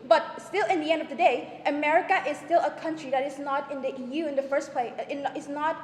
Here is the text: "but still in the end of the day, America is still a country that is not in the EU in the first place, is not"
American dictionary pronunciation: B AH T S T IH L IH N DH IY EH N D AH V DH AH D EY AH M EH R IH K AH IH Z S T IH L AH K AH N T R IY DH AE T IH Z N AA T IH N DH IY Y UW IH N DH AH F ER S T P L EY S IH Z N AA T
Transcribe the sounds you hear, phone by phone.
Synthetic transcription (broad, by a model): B AH T S T IH L IH N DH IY EH N D AH V DH AH D EY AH M EH R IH K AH IH Z S T IH L AH K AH N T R IY DH AE T IH Z N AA T IH N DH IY Y UW IH N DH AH F ER S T P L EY IH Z N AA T